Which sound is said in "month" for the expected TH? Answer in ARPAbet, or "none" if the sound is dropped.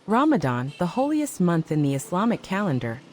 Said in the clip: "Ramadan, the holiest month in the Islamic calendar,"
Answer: TH